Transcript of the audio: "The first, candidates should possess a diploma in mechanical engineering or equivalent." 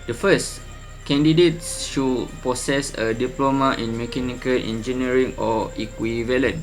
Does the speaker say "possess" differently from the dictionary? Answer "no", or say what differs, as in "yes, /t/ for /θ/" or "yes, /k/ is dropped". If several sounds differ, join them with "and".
yes, /s/ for /z/